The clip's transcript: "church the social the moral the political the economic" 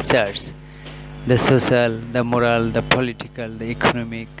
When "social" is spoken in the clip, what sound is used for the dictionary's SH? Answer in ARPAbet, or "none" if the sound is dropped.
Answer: S